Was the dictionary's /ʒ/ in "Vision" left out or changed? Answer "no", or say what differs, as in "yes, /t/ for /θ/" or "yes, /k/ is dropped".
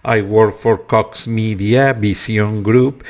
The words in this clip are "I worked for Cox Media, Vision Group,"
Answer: yes, /s/ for /ʒ/